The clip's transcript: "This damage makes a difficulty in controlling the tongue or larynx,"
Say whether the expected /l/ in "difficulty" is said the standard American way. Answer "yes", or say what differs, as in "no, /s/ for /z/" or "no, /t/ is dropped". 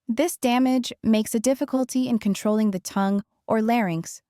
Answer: yes